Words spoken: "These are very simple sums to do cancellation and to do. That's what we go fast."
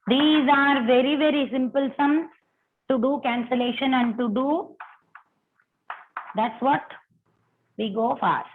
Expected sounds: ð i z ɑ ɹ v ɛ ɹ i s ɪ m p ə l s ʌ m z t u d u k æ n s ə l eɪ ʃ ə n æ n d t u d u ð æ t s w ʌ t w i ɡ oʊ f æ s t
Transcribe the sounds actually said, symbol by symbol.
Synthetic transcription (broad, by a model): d i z ɑ ɹ v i ɹ i s ɪ m p ə l s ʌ m t u d u k æ n s ə l eɪ ʃ ə n æ n d t u d u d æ t s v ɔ t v i ɡ oʊ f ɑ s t